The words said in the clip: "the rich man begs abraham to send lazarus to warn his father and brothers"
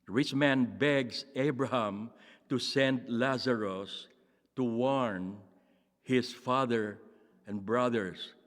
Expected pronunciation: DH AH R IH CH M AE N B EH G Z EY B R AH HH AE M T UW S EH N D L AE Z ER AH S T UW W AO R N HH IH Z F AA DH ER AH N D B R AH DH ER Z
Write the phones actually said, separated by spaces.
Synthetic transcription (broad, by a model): R IH CH M AE N B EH G S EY B R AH HH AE M T UW S EH N D L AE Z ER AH S T UW W AO R N HH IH S F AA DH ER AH N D B R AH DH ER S